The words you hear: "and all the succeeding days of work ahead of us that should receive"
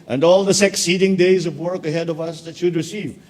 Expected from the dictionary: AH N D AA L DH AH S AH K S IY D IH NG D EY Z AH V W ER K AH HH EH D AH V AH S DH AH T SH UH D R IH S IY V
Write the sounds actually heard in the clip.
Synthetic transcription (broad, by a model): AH N D AA L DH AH S AH K S IY D IH NG D EY Z AH V W ER K AH HH EH D AH V AH S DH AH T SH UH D R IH S IY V